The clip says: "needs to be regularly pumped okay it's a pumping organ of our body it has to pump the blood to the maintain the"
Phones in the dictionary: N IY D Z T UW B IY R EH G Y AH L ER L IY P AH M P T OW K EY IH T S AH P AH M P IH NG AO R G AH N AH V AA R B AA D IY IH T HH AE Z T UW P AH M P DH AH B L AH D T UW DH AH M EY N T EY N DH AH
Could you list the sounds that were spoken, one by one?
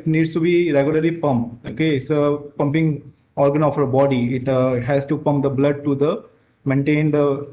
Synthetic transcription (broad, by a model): N IY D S T UW B IY R EH G Y AH L ER L IY P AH M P OW K EY IH T S AH P AH M P IH NG AO R G AH N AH F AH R B AA D IY IH T HH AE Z T UW P AH M P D AH B L AH D T UW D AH M EY N T EY N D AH